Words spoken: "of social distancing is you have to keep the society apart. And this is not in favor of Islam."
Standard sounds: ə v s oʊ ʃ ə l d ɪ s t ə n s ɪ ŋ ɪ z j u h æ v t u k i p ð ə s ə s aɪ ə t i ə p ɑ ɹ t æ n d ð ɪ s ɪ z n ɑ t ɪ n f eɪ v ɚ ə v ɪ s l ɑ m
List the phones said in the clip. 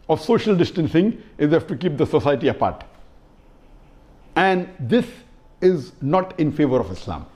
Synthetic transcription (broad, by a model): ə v s oʊ ʃ ə l d ɪ s t ə n s ɪ ŋ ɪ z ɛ f t u k i p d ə s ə s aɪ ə t i ə p ɑ ɹ t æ n d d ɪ s ɪ z n ɑ t ɪ n f eɪ v ɚ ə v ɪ s l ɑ m